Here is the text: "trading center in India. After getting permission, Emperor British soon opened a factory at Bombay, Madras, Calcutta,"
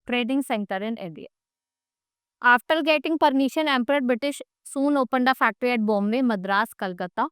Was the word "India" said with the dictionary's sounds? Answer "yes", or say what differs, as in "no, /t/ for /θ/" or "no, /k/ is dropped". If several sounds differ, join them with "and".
no, /n/ is dropped